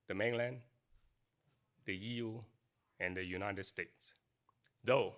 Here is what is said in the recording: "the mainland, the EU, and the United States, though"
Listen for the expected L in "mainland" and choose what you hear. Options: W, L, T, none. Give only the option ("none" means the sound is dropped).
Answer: L